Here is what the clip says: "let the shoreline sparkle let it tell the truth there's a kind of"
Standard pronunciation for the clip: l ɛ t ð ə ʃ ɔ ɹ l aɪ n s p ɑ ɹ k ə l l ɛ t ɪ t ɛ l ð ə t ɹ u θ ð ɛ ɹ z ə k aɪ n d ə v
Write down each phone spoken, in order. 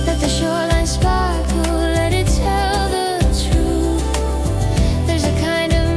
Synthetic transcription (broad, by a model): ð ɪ t ð ə ʃ ɔ ɹ l aɪ n s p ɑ ɹ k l l ɛ t ɪ t ɛ l ð ə t ɹ u θ ð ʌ ɹ z ə k aɪ n d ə v